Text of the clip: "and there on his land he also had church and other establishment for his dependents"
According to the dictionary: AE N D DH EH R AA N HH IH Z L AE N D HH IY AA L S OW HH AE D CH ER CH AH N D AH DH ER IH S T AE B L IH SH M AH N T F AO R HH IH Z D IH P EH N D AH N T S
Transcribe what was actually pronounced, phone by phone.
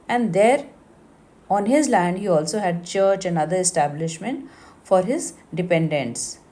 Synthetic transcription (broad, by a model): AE N D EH R AA N HH IH Z L AE N D HH IY AA L S OW HH AE D CH ER CH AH N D AH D ER IH S T AE B L IH SH M AH N T F AO R HH IH Z D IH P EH N D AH N T S